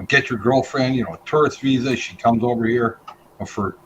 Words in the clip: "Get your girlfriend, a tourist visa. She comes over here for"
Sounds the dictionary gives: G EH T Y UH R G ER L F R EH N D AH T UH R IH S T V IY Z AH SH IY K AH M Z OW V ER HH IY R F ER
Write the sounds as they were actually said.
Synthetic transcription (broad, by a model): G EH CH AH R G ER L F R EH N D AH T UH R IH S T V IY Z AH SH IY K AH M Z OW V ER HH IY R F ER